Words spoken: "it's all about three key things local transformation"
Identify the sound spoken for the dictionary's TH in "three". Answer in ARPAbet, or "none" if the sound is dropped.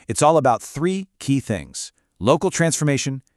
TH